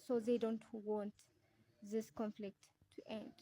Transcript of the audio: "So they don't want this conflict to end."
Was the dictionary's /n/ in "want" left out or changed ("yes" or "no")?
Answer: no